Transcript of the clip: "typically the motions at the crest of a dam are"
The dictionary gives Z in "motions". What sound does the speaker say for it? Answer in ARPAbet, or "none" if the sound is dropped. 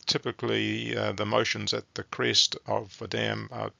Z